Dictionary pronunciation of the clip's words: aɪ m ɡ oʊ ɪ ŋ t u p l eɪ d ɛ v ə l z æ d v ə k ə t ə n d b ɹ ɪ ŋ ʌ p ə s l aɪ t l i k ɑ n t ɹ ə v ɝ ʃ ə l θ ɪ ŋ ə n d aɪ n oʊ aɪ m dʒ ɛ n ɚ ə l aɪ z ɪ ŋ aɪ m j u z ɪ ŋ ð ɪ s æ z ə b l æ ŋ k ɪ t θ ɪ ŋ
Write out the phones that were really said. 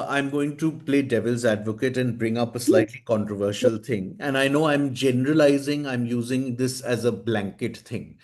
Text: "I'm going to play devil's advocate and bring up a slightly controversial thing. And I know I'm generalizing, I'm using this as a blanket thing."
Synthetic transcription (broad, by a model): aɪ m ɡ oʊ ɪ ŋ t u p l eɪ d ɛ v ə l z æ d v ə k ə t ə n d b ɹ ɪ ŋ ʌ p ə s l aɪ t l i k ɑ n t ɹ ə v ɝ ʃ ə l t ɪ ŋ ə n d aɪ n oʊ aɪ m dʒ ɛ n ɚ ə l aɪ z ɪ ŋ aɪ m j u z ɪ ŋ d ɪ s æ z ə b l æ ŋ k ɪ t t ɪ ŋ